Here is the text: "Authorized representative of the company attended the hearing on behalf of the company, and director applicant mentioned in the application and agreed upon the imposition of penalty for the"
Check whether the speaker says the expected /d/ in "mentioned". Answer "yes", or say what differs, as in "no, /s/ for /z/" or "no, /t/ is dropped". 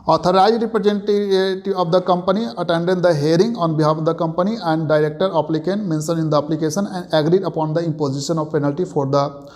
no, /d/ is dropped